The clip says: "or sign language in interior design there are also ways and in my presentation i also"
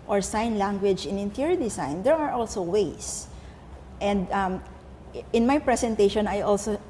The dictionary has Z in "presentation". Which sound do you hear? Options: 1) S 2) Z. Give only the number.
1